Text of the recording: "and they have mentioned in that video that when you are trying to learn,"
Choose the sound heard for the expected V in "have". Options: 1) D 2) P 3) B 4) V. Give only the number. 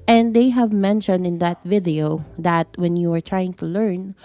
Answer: 4